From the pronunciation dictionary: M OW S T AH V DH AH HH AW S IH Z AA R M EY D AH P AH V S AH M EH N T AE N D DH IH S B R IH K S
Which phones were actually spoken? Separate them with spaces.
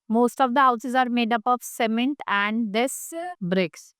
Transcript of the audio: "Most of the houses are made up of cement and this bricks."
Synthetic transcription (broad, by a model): M OW S T AH V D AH HH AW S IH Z AA R M EY D AH P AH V S AH M EH N T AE N D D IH S B R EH K S